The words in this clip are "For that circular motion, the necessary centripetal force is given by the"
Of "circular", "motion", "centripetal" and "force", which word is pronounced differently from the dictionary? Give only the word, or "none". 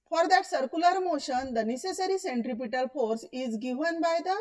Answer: none